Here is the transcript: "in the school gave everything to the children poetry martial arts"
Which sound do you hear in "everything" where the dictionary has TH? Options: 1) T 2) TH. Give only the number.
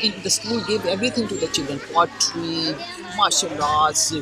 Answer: 1